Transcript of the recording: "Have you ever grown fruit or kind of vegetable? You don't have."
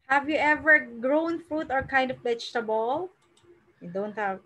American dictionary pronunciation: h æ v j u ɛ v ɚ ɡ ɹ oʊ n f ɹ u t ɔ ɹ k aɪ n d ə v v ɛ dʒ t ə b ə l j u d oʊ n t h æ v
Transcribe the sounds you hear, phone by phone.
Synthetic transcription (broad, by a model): h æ v j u ɛ v ɚ ɡ ɹ oʊ n f ɹ u t ɔ ɹ k aɪ n d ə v b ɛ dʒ t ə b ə l j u d oʊ n t h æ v